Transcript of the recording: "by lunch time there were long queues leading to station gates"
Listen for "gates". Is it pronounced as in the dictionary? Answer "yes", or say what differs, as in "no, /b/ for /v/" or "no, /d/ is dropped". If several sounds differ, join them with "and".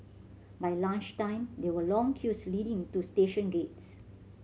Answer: yes